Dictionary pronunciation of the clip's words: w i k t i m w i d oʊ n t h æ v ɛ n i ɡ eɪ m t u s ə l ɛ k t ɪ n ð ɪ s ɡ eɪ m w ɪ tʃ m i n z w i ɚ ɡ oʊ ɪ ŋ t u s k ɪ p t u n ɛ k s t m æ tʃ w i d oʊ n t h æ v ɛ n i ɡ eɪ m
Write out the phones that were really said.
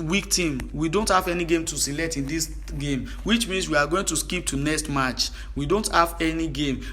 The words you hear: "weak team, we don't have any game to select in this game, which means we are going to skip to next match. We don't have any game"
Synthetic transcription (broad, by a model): w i k t i m w i d oʊ n t h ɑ v ɛ n i ɡ eɪ m t u s ə l ɛ k t ɪ n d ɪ s ɡ eɪ m w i tʃ m i n s w i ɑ ɡ oʊ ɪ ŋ t u s k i p t u n ɛ k s t m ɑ tʃ w i d oʊ n t h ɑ v ɛ n i ɡ eɪ m